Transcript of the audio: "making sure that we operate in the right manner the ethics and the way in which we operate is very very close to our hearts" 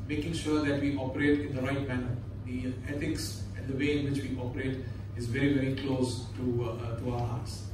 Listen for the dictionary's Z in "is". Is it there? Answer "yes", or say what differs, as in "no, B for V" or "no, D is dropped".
yes